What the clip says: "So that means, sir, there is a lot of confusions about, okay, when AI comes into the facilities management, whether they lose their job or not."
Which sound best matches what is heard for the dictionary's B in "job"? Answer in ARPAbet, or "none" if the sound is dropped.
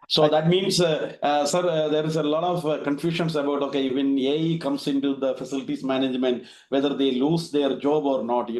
B